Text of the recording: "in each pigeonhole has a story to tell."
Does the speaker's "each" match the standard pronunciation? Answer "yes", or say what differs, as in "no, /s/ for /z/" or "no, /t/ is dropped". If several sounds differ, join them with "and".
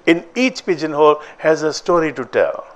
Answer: yes